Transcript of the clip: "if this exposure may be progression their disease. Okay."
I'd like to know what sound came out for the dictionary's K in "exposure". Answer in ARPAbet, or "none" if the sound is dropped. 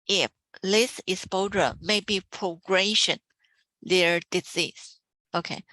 none